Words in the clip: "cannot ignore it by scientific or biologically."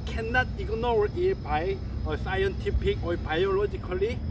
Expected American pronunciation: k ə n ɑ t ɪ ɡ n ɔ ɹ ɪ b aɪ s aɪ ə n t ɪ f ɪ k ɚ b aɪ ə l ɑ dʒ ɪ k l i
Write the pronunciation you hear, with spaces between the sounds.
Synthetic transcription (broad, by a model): k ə n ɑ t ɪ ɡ n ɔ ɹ ɪ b aɪ s aɪ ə n t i p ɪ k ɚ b aɪ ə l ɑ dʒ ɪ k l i